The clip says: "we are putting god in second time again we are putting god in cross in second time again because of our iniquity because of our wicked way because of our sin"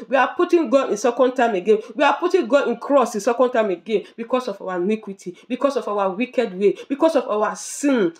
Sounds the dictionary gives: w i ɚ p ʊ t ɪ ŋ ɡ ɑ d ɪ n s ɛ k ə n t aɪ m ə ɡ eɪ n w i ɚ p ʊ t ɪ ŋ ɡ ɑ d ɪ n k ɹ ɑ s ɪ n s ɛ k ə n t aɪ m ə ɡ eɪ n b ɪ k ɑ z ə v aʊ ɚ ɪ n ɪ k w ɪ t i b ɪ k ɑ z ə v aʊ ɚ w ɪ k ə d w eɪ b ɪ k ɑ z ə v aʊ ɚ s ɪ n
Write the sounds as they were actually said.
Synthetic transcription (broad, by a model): w i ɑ p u t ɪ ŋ ɡ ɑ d ɪ n s ɛ k ə n t aɪ m ə ɡ eɪ n w i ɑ p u t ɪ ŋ ɡ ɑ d ɪ n k ɹ ɑ s ɪ n s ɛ k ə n t aɪ m ə ɡ eɪ n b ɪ k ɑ s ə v aʊ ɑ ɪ n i k w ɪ t i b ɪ k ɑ s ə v aʊ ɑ w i k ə d w eɪ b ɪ k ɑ s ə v aʊ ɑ s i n